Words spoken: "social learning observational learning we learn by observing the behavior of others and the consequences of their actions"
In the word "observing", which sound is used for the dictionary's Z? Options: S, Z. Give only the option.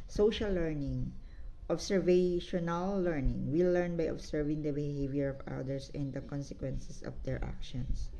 S